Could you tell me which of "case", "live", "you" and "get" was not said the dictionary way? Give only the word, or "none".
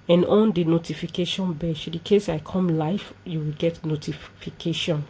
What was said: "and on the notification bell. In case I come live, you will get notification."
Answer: live